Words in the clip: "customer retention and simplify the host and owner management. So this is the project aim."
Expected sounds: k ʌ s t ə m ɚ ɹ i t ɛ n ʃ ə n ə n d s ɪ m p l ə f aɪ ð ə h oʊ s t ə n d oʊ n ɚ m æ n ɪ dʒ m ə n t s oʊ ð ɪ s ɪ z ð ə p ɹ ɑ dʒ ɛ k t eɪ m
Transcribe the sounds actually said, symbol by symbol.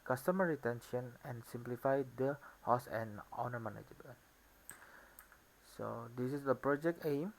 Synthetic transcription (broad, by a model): k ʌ s t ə m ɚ ɹ i t ɛ n ʃ ə n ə n s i m p l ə f aɪ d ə h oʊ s ə n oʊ n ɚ m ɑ n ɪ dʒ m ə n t s oʊ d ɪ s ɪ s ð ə p ɹ ɑ dʒ ɛ k t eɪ m